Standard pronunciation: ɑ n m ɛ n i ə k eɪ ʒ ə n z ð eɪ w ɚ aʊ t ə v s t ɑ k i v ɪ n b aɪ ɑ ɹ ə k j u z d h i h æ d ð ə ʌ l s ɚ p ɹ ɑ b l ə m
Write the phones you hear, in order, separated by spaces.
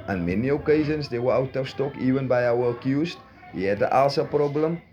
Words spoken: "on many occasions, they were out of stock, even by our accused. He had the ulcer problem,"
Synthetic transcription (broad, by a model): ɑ n m ɛ n i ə k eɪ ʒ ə n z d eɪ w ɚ aʊ t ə f s t ɑ k i v ɪ n b aɪ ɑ w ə k j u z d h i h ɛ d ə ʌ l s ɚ p ɹ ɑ b l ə m